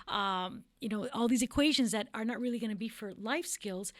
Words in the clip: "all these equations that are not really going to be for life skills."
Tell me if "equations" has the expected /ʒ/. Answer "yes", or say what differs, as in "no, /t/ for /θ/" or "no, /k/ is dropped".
yes